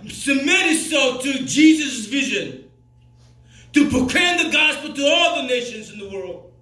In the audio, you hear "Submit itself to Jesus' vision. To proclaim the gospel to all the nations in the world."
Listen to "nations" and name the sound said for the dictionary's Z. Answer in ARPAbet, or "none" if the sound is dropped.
Z